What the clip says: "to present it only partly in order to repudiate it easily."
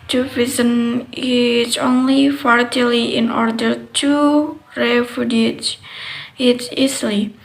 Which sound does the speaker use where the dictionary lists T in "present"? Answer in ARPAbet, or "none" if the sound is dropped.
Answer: none